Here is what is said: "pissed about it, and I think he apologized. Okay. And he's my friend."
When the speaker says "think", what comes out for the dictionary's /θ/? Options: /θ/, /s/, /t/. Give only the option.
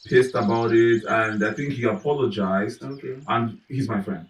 /θ/